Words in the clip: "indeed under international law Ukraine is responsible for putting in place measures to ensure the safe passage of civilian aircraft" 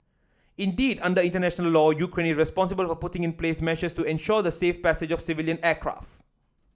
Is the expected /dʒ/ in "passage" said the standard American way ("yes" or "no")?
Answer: yes